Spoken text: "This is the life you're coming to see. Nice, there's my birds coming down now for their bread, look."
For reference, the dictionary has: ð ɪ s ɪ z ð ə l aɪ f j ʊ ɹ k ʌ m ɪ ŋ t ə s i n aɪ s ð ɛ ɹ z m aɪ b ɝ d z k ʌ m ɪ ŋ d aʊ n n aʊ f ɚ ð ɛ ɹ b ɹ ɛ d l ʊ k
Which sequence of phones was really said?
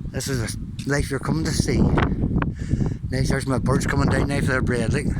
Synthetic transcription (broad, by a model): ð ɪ s ɪ z ð ə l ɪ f j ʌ ɹ k ʌ m ɪ ŋ t ə s i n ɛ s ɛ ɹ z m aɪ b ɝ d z k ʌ m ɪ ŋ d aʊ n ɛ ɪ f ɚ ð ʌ ɹ b ɹ ɛ d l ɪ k